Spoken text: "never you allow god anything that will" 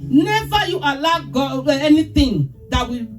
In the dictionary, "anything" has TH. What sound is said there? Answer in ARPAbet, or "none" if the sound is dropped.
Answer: T